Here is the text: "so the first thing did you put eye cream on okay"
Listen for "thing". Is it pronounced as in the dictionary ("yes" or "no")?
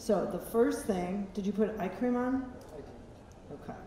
yes